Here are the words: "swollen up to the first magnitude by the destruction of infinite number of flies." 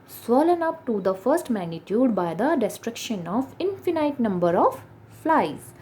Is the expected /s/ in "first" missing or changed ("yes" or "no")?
no